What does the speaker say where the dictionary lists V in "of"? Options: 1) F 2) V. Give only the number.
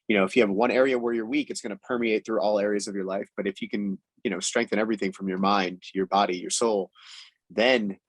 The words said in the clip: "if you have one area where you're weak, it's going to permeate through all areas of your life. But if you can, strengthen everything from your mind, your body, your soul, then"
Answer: 2